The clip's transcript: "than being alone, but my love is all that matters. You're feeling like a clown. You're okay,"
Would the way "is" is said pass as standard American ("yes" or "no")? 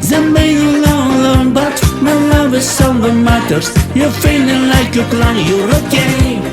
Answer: no